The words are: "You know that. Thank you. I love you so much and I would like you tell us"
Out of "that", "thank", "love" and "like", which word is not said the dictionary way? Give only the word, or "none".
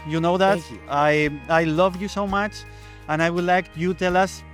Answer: thank